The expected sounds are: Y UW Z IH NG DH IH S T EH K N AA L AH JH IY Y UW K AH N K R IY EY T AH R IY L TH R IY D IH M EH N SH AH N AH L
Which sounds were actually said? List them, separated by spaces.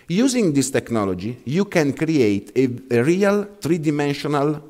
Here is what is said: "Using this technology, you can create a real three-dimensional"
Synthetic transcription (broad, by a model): Y UW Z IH NG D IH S T EH K N AA L AH JH IY Y UW K AH N K R IY EY T AH R IY L T R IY D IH M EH N SH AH N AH L